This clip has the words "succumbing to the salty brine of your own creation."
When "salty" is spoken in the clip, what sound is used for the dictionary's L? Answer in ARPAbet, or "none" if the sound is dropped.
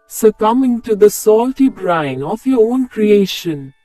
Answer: L